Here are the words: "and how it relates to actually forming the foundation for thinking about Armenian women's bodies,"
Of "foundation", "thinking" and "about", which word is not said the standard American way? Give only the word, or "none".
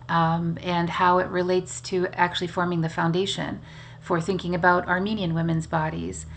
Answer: none